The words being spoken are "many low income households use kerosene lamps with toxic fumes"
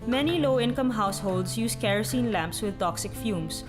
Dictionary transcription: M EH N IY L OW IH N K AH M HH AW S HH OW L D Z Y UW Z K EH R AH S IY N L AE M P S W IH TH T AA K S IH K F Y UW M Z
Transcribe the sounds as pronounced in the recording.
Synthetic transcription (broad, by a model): M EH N IY L OW IH N K AH M HH AW S HH OW L D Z Y UW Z K EH R AH S IY N L AE M P S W IH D T AA K S IH K F Y UW M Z